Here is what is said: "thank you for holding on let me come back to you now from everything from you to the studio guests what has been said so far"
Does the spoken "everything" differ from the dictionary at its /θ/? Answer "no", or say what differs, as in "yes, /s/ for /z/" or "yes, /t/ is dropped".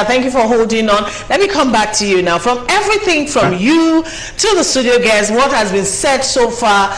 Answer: no